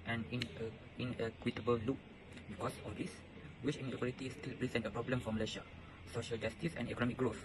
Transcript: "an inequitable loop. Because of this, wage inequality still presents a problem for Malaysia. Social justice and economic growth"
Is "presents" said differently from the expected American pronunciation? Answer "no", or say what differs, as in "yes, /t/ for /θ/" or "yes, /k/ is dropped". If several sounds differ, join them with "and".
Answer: yes, /s/ is dropped